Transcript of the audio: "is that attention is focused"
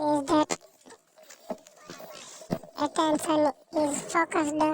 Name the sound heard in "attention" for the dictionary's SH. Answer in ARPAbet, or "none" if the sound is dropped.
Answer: S